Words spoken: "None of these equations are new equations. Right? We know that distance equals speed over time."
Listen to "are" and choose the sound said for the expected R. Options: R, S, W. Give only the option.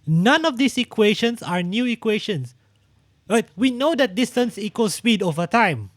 R